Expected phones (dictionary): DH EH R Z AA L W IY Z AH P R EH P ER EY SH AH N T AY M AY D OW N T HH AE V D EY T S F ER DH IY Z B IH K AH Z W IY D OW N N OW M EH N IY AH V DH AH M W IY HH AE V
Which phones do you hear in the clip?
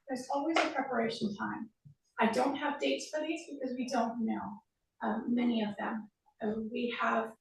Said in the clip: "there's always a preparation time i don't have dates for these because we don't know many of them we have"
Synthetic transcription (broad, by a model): DH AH R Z AA L W IY Z AH P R EH P ER EY SH N T AY M AY D OW N T HH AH V D EY T S F ER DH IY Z B IH K AH Z W IY D OW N N OW M EH N IY AH V DH AH M W IY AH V